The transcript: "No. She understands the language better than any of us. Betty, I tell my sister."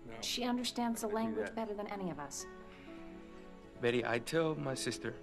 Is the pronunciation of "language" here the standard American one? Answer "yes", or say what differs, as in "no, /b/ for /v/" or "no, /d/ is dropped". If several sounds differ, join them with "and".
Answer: yes